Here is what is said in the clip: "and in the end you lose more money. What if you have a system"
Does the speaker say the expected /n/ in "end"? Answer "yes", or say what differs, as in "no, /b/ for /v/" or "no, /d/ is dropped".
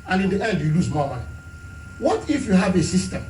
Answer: no, /n/ is dropped